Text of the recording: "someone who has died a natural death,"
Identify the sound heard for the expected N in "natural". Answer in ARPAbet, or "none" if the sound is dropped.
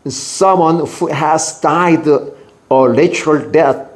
L